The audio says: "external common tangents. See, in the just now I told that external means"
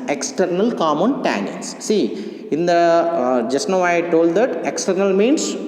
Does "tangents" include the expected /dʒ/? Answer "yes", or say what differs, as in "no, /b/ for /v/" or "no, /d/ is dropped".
no, /dʒ/ is dropped